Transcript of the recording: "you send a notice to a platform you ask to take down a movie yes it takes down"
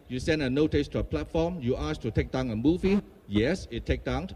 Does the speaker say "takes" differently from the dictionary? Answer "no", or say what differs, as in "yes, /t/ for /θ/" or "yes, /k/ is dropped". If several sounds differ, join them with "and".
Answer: yes, /s/ is dropped